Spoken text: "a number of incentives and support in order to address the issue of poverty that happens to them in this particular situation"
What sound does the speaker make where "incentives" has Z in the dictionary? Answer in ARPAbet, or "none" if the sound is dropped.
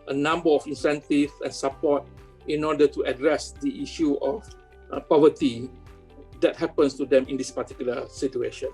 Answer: none